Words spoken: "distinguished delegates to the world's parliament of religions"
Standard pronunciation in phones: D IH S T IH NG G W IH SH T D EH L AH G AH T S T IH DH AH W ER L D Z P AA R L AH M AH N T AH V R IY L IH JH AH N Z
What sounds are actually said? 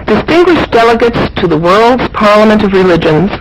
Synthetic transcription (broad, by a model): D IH S T IH NG G W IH SH D EH L AH G AH T S T IH DH AH W ER L D Z P AA R L AH M AH N T AH V R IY L IH JH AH N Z